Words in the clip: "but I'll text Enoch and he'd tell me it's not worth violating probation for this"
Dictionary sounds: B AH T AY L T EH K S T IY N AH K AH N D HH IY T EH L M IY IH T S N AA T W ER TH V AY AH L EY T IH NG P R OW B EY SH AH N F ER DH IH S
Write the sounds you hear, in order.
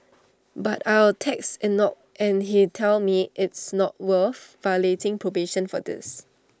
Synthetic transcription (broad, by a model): B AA T AY W T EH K S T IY N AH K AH N HH IY T EH L M IY IH T S N AA T W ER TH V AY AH L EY T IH NG P R OW B EY SH AH N F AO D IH S